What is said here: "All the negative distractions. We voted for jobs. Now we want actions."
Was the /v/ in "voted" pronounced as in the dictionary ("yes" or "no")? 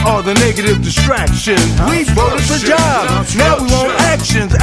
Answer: no